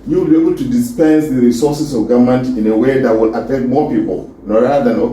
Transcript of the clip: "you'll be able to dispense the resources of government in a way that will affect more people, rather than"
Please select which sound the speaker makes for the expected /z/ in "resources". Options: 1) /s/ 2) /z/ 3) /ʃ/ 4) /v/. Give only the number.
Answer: 1